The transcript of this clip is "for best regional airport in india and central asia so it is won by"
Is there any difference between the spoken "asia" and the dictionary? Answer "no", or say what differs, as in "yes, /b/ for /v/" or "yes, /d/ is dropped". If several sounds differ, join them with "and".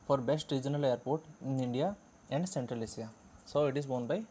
yes, /s/ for /ʒ/